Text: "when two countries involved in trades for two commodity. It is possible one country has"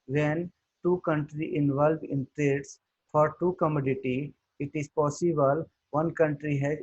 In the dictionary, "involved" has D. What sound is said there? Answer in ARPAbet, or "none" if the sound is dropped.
none